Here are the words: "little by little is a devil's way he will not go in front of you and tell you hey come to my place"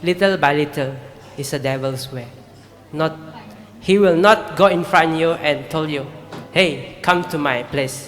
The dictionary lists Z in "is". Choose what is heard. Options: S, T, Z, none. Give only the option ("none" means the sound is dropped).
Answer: S